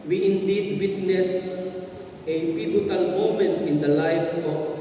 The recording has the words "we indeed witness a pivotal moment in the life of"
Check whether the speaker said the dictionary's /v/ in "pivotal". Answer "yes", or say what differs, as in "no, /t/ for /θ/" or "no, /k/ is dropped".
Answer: no, /b/ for /v/